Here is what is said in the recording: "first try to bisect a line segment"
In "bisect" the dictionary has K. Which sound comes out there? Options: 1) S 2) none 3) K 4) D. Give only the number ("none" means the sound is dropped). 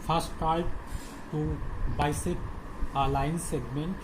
2